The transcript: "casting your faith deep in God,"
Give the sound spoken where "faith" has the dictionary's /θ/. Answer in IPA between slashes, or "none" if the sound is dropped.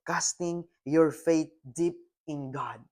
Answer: /t/